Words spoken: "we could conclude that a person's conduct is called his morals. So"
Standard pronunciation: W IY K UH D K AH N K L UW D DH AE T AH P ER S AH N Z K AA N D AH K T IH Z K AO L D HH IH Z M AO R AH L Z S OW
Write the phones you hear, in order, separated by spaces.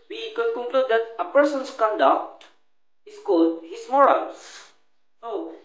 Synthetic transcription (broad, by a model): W IY K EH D K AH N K L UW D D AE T AH P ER S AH N S K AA N D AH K T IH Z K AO D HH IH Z M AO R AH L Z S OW